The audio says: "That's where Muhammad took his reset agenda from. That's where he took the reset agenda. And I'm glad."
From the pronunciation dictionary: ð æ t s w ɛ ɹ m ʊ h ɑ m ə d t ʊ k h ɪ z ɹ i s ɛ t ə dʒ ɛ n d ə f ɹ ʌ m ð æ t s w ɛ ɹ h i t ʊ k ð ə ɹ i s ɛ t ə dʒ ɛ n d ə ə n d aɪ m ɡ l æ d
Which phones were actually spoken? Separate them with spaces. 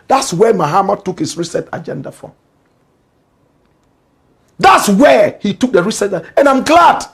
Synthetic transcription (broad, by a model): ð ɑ t s w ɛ m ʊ h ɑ m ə t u k h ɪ s ɹ i s ɛ t ə dʒ ɛ n d ə f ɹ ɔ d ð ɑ t s w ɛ h i t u k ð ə ɹ i s ɛ t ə ɛ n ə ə m ɡ l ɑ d